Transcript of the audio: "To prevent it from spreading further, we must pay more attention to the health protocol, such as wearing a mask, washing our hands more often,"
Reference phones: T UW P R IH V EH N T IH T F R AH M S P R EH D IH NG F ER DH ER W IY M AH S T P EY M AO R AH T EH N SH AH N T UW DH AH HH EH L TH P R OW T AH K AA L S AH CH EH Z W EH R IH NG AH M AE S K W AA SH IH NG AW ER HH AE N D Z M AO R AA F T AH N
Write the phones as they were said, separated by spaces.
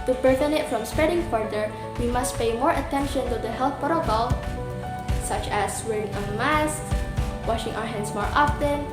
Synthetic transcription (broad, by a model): T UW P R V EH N IH T F R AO M S P R EH D IH NG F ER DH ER W IY M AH S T P EY M AO R AH T EH N SH AH N T UW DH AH HH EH L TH P R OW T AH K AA L S AH CH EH S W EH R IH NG AH M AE S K W AA SH IH NG AW ER HH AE N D S M AO R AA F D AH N